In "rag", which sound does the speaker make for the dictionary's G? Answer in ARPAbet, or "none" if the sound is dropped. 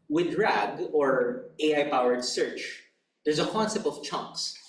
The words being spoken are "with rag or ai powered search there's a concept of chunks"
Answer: G